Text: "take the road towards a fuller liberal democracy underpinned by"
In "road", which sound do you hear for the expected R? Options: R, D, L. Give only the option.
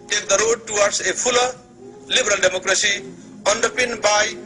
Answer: R